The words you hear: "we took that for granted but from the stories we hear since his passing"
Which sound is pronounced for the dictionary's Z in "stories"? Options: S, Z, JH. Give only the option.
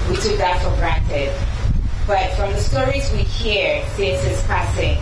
Z